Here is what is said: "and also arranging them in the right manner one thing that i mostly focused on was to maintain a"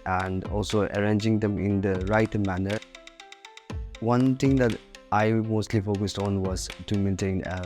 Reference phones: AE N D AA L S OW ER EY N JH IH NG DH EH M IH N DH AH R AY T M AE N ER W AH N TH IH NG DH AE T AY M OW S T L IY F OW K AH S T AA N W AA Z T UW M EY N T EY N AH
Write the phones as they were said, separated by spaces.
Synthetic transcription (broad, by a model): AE N D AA L S OW ER EY N JH IH NG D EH M IH N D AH R AY T M AE N ER W AH N T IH NG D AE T AY M OW S T L IY F OW K AH S T AA N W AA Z T UW M EY N T EY N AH